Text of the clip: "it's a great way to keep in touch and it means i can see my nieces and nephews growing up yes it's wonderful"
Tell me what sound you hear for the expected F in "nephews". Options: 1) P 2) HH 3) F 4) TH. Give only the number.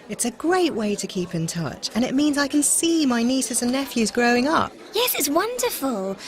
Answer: 3